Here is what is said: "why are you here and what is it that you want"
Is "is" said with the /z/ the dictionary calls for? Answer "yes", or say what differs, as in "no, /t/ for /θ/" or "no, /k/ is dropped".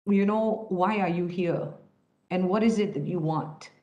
yes